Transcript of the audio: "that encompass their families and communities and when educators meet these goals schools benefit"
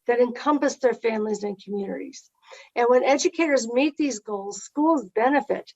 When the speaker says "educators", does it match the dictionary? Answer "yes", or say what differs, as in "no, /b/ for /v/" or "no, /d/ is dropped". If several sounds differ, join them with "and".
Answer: yes